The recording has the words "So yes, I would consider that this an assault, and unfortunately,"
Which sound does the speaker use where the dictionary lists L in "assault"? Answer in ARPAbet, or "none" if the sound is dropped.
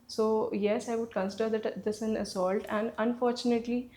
L